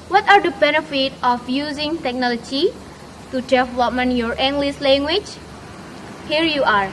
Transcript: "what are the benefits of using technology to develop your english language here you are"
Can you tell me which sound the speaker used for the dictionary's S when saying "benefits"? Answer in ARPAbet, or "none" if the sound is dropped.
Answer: none